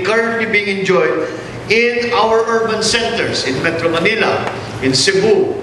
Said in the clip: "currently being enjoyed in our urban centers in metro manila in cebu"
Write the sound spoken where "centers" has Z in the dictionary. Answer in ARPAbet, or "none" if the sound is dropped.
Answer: S